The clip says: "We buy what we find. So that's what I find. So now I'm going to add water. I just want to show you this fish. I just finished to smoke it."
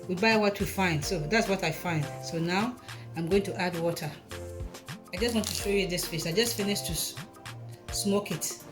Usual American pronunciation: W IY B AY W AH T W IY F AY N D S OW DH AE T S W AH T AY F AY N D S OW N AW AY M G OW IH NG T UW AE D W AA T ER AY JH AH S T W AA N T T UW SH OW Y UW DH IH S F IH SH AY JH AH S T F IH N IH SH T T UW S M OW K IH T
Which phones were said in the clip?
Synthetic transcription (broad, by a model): W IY B AY W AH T W IY F AY N D S OW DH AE T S W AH T AY F AY N D S OW N AW AY M G OW IH NG T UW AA D W AA T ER AY JH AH S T W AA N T T UW SH OW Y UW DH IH S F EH S AY JH AH S T F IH N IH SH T T UW S M OW K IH T